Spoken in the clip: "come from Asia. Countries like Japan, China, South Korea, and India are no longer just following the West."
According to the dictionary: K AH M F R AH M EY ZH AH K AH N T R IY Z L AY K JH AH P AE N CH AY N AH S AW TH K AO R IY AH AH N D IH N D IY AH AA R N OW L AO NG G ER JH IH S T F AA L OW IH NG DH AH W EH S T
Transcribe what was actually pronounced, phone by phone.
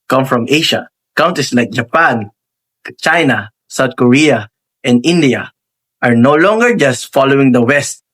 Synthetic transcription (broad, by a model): K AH M F R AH M EY SH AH K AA N T IY S L AY K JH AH P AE N CH AY N AH S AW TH K AO R IY AH AH N D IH N D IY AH AA R N OW L AO NG G ER JH IH S T F AA L OW IH NG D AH W EH S T